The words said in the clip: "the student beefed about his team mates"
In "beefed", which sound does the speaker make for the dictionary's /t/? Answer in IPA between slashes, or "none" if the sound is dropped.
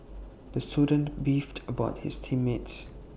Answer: /t/